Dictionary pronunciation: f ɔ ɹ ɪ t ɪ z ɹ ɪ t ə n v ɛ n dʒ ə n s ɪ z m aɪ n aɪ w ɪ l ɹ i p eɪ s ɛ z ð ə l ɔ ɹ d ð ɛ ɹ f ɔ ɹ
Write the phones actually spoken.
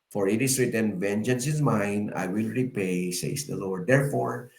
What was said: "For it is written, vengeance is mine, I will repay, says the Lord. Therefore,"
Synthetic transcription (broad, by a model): f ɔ ɹ ɪ t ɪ s ɹ ɪ t ə n v ɛ n dʒ ə n s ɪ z m aɪ n aɪ w ɪ l ɹ i p eɪ s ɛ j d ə l ɔ ɹ d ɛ ɹ f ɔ ɹ